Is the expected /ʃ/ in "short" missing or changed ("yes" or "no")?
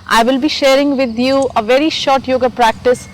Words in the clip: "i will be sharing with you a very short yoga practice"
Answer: no